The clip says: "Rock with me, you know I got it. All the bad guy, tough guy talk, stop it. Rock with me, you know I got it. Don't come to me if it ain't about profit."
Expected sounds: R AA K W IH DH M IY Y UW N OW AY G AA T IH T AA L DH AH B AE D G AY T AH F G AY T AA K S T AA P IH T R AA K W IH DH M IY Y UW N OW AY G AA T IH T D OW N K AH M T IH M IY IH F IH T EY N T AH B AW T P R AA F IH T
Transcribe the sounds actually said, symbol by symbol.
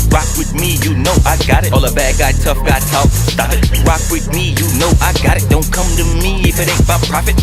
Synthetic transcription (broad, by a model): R AA K W IH DH M IY Y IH N OW AY G AA T IH T AA L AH B AE D G AY T AH F G AY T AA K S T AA F IH T R AA K W IH DH M IY Y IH N OW AY G AA T IH T D OW N K AH M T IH M IY IH F IH T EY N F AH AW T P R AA F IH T